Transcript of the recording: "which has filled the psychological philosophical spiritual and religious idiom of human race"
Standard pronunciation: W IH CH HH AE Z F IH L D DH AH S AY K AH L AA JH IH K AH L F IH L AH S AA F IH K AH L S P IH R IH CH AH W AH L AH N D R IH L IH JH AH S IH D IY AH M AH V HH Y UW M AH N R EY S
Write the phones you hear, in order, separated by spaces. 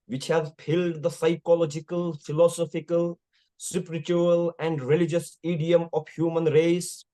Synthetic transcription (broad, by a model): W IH CH HH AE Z P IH L D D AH S AY K AH L AA JH IH K AH L F IH L AH S AA F IH K AH L S P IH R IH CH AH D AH L AH N D R IH L IH JH AH S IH D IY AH M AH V HH Y UW M AH N R EY S